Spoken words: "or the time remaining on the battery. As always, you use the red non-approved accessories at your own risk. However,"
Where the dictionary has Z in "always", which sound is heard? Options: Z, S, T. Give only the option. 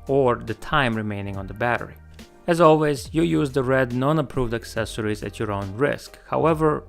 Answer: Z